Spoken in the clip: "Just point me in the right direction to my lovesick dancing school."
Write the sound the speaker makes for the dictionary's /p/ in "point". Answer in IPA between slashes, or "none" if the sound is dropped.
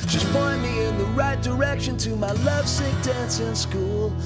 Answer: /b/